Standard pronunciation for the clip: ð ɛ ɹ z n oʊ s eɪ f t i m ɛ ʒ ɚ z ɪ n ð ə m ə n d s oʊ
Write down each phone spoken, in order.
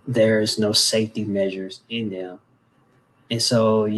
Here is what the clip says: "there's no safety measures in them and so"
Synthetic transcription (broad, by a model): ð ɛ ɹ z n oʊ s eɪ f t i m ɛ ʒ ɚ z ɪ n ð ə m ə n s oʊ